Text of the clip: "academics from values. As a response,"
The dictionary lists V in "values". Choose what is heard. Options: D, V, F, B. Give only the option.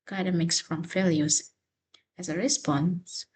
F